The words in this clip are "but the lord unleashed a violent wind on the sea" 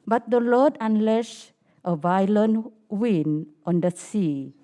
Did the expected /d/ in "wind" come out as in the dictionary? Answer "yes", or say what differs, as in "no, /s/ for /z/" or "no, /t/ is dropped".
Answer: no, /d/ is dropped